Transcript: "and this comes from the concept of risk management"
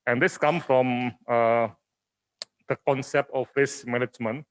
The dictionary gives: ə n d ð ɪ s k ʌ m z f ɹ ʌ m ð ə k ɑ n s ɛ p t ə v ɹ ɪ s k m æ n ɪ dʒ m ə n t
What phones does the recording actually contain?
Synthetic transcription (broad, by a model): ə n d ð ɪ s k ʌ m f ɹ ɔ m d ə k ɑ n s ɛ p t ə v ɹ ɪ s m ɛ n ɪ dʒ m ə n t